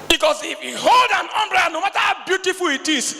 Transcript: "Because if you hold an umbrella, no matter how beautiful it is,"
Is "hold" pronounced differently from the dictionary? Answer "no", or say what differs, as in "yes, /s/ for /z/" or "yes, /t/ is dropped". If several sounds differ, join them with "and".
no